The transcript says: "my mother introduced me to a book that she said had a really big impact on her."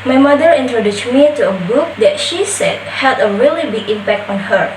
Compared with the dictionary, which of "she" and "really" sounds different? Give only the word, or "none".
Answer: none